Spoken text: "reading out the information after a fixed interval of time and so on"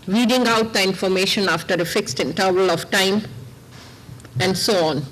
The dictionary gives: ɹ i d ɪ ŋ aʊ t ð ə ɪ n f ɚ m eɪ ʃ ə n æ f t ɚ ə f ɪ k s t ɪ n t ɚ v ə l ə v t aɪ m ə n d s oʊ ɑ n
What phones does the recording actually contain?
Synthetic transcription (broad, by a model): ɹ i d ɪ ŋ aʊ t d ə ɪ n f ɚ m eɪ ʃ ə n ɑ f t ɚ ə f ɪ k s t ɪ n t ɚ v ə l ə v t aɪ m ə n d s oʊ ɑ n